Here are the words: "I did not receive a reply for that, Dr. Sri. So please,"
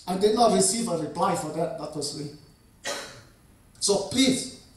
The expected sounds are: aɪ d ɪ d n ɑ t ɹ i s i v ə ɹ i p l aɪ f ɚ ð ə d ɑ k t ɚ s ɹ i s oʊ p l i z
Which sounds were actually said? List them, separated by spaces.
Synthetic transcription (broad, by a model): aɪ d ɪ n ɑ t ɹ i s i v ə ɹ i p l aɪ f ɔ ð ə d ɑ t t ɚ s l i s oʊ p l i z